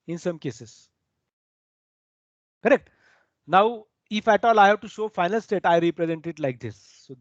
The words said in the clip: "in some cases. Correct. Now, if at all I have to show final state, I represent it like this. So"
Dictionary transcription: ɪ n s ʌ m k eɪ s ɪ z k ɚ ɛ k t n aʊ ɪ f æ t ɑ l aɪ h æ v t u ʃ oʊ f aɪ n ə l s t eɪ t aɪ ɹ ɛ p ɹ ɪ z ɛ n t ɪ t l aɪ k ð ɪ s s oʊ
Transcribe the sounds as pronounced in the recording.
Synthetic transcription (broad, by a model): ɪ n s ʌ m k eɪ s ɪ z k ɚ ɛ k t n aʊ ɪ f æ t ɑ l aɪ h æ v t u ʃ oʊ f aɪ n ə l s t eɪ t aɪ ɹ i p ɹ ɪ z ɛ n t ɪ t l aɪ k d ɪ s s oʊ